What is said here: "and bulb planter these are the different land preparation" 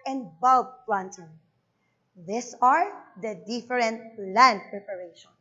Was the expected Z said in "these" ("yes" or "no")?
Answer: no